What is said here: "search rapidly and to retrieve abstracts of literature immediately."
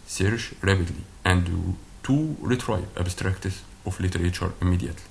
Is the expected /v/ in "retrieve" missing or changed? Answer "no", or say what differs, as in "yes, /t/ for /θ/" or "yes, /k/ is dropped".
yes, /p/ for /v/